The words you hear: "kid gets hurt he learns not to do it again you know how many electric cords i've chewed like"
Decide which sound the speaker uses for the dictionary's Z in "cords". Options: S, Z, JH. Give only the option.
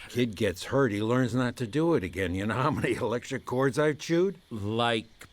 Z